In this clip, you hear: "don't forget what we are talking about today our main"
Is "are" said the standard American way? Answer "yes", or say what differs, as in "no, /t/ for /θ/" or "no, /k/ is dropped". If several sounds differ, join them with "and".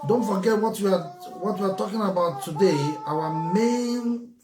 no, /w/ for /ɹ/